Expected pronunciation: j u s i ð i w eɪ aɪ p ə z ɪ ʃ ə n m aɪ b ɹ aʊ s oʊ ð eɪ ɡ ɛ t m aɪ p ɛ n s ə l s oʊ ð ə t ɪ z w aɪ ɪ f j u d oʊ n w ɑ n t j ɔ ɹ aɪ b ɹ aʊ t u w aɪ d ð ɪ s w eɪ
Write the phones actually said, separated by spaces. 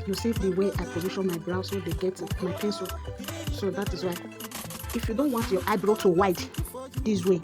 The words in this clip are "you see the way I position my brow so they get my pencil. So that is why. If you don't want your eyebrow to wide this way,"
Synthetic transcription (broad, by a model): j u s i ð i w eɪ aɪ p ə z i ʃ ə n m aɪ b ɹ aʊ s oʊ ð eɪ ɡ ɛ t m aɪ p ɛ n s ə l s oʊ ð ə t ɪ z w aɪ ɪ f j u d oʊ n w ɑ n t j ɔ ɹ aɪ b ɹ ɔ t u w aɪ d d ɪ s w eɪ